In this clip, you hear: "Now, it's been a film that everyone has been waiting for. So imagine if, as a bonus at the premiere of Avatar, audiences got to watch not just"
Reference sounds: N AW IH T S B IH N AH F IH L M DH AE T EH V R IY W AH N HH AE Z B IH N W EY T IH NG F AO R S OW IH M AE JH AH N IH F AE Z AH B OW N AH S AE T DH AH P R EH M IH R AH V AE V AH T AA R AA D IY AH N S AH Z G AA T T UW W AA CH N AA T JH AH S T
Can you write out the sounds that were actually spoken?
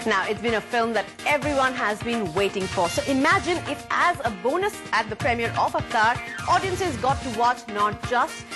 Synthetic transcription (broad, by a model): N AW IH T S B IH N AH F IH L M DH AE T EH V R IY W AH N HH AE Z B IH N W EY T IH NG F AO R S OW IH M AE JH AH N IH F AE Z AH B OW N AH S AE T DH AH P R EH M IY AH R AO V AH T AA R AA D IY AH N S AH Z G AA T T UW W AA CH N AA T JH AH S T